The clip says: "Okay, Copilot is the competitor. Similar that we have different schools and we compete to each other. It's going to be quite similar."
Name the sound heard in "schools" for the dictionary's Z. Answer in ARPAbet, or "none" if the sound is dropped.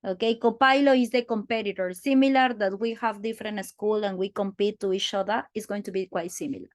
none